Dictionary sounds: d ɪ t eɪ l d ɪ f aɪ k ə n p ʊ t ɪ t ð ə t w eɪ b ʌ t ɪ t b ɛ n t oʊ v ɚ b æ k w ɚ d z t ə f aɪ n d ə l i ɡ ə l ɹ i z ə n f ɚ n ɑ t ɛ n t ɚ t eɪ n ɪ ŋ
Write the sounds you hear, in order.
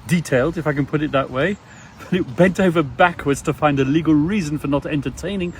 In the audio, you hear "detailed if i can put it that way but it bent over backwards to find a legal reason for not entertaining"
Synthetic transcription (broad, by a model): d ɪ t eɪ l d ɪ f aɪ k ə n p ʊ t ɪ t ð ə t w eɪ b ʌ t ɪ t b ɛ n t oʊ v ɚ b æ k w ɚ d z t ə f aɪ n d ə l i ɡ ə l ɹ i z ə n f ɚ n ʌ t ɛ n t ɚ t eɪ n ɪ ŋ